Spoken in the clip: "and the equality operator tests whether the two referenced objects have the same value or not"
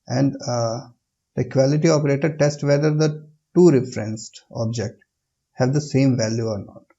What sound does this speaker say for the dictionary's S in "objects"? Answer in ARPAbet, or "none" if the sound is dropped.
none